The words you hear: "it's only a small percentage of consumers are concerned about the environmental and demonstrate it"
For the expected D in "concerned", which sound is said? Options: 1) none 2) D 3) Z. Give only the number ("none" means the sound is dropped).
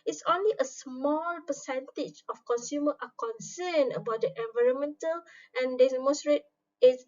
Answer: 1